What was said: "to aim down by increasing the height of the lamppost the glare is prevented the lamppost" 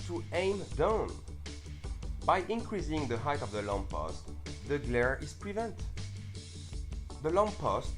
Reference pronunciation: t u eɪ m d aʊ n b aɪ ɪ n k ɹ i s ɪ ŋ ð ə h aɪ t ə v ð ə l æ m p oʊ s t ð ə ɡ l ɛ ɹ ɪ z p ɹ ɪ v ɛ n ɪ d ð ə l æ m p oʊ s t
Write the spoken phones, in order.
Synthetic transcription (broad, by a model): t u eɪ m d aʊ n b aɪ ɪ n k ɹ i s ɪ ŋ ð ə h aɪ t ə v ð ə l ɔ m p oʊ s t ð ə ɡ l ɛ ɹ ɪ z p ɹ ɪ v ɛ n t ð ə l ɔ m p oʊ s t